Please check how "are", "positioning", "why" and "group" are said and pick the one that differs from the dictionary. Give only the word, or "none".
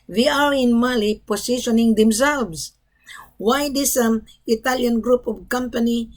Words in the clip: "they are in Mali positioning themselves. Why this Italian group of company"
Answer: positioning